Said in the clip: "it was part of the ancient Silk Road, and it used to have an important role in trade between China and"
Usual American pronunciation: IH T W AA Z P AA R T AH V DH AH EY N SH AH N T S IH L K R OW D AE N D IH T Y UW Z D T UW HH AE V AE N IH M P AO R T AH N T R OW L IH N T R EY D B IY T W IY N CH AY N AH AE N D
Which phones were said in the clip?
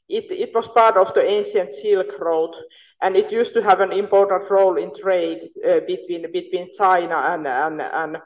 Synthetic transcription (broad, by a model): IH T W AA S P AA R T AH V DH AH EY N SH AH N T S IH L K R OW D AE N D IH T Y UW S T UW HH AE V AE N IH M P AO R T AH N T R OW L IH N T R EY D B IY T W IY N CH AY N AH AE N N